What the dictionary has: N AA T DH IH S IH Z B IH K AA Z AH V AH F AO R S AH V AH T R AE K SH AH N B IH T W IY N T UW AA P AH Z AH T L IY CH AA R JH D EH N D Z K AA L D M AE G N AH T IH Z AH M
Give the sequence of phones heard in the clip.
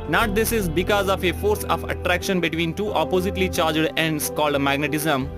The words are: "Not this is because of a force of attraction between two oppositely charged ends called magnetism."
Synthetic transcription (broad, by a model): N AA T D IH S IH Z B IH K AA Z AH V AH F AO R S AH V AH T R AE K SH AH N B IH T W IY N T UW AA P AH Z AH T L IY CH AA R JH D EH N D S K AA L D M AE G N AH T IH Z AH M